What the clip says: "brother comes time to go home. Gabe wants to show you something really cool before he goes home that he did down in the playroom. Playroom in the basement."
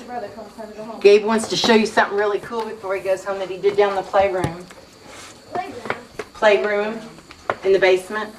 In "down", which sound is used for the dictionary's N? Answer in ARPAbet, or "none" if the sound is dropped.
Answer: none